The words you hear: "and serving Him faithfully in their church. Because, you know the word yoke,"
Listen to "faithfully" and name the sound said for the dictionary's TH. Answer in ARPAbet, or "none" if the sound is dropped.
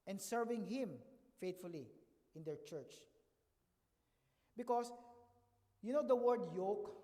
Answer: T